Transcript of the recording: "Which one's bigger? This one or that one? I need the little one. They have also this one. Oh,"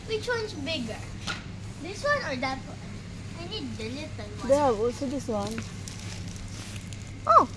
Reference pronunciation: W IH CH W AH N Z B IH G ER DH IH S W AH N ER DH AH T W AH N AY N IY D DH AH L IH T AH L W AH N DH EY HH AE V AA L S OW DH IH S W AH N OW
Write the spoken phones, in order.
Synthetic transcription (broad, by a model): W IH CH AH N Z B IH G ER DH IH S W AH N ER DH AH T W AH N AY N IY D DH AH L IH S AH N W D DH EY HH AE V AA L S OW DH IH S W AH N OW